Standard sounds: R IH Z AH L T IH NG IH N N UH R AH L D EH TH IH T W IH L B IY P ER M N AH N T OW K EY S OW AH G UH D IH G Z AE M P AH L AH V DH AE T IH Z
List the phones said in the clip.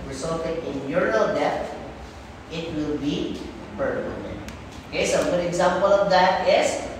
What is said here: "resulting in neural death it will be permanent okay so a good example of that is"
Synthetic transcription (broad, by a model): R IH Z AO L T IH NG IH N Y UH R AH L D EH T IH T W IH L B IY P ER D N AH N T OW K EY S OW AH G UH D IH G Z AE M P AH L AH V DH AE T IH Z